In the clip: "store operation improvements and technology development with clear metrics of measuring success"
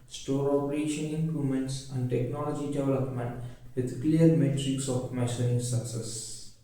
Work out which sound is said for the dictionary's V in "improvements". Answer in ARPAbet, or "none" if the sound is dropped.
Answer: none